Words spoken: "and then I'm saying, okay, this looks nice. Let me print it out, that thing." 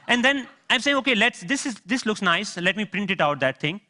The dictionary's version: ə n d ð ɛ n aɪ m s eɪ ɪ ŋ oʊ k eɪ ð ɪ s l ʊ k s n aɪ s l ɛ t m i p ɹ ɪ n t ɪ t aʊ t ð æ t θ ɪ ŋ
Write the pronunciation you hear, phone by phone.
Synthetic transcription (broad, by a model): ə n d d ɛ n aɪ m s eɪ ɪ ŋ oʊ k eɪ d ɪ s l ʊ k s n aɪ s l ɛ t m i p ɹ ɪ n t ɪ t aʊ t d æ t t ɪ ŋ